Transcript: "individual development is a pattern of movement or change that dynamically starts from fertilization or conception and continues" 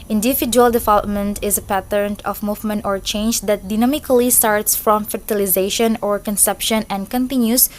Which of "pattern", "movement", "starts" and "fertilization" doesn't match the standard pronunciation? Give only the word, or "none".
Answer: none